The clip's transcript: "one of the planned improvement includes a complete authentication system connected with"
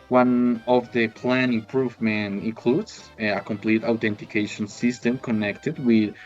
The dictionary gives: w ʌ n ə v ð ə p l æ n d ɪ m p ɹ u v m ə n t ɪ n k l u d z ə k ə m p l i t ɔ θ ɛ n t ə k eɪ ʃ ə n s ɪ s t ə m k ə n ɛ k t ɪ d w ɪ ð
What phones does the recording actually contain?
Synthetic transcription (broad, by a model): w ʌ n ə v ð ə p l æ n ɪ m p ɹ u v m ə n t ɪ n k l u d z ə k ə m p l i t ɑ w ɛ n t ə k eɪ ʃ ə n s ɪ s t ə m k ə n ɛ k t ɪ d w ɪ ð